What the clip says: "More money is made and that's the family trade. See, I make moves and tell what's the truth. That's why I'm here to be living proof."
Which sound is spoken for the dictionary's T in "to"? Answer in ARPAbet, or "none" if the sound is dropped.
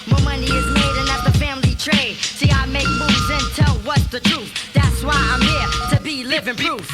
T